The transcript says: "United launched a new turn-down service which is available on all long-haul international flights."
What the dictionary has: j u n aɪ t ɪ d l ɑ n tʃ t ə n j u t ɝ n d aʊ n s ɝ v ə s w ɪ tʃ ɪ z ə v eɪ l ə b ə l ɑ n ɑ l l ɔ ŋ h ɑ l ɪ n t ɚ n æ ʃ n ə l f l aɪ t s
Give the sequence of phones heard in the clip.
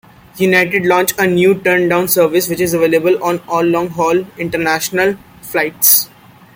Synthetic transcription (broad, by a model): j u n aɪ t ɪ d l ɑ n tʃ ə n j u t ɝ n d aʊ n s ɝ v ə s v ɪ tʃ ɪ z ə v eɪ l ə b ə l ɑ n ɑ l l ɔ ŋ h ɑ l ɪ n t ɚ n æ ʃ n ə l f l aɪ t s